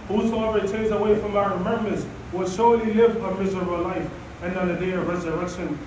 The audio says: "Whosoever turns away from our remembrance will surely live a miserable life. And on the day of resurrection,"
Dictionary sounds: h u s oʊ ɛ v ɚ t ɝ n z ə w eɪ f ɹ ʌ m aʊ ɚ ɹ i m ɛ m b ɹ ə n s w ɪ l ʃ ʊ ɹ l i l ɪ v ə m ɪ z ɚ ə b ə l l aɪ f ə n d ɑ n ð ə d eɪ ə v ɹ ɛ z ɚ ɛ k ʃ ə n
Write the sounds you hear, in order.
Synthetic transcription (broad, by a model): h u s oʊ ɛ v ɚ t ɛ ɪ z ə w eɪ f ɹ ʌ m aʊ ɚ ɹ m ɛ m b ə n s w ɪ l ʃ ʊ ɹ l i l ɪ v ə m ɪ z ɚ ə b ə l l aɪ f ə n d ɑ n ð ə d eɪ ə v ɹ ɛ z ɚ ɛ k ʃ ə n